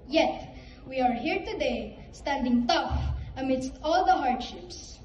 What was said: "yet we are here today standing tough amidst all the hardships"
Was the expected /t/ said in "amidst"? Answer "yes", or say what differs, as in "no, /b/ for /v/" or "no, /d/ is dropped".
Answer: yes